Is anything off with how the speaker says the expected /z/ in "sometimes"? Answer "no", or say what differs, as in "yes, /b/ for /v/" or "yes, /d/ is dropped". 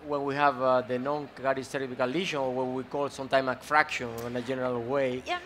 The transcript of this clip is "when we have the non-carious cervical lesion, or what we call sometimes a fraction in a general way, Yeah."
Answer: yes, /z/ is dropped